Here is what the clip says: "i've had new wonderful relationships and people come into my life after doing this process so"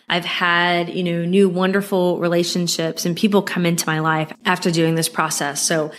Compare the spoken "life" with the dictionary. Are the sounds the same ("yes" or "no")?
yes